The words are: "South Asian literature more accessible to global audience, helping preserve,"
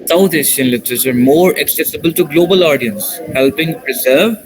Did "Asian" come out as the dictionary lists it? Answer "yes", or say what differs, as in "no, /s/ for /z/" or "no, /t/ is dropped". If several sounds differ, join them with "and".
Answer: no, /ʃ/ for /ʒ/